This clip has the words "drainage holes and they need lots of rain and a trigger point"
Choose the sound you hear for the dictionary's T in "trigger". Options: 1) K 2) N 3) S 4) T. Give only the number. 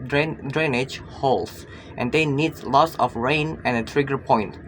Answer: 4